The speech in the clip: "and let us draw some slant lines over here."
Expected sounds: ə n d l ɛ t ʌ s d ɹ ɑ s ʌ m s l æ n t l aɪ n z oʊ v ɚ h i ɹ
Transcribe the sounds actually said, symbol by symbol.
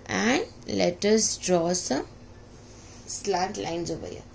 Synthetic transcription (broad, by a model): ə n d l ɛ t ʌ s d ɹ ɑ s ʌ m s l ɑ t l aɪ n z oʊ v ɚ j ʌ